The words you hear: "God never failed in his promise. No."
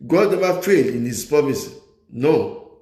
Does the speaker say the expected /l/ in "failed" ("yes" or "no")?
no